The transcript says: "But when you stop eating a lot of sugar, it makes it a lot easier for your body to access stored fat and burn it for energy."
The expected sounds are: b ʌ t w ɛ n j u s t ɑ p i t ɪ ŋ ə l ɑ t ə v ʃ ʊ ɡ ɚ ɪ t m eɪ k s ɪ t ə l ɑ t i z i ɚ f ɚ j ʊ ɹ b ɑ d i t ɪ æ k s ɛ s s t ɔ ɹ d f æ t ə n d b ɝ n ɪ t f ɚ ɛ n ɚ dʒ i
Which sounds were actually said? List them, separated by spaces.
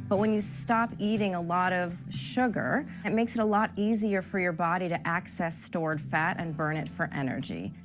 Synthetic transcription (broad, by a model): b ʌ t w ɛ n j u s t ɑ p i t ɪ ŋ ə l ɑ t ə v ʃ ʊ ɡ ɚ ɪ t m eɪ k s ɪ t ə l ɑ t i z i ɚ f ɚ j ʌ ɹ b ɑ d i t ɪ æ k s ɛ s s t ɔ ɹ d f æ t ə n b ɝ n ɪ t f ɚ ɛ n ɚ dʒ i